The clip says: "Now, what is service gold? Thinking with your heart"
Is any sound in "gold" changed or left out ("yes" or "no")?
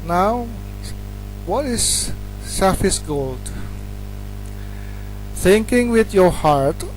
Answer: no